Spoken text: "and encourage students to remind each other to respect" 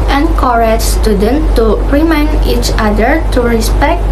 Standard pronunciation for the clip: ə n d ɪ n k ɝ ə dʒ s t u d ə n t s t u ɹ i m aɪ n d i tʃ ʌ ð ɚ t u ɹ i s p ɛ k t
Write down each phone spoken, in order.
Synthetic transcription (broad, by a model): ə n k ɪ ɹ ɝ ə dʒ s t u d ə n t t u ɹ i m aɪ n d i tʃ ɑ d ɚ t u ɹ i s p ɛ k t